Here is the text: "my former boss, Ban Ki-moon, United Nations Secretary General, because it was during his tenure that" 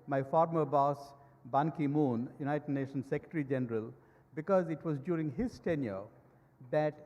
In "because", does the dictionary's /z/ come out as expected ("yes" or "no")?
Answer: yes